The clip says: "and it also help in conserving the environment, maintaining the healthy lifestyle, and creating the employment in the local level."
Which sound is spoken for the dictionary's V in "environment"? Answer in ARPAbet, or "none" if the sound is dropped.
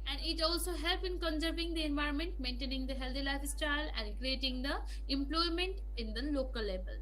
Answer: V